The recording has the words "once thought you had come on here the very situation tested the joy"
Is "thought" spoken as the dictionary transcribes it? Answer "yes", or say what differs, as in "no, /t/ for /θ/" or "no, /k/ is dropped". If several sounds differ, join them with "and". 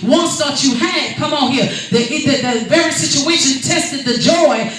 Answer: no, /t/ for /θ/